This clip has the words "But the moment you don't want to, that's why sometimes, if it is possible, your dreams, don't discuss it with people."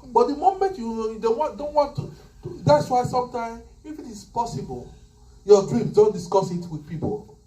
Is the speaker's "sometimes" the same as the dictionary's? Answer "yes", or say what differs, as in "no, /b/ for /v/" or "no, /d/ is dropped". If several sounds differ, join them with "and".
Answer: no, /z/ is dropped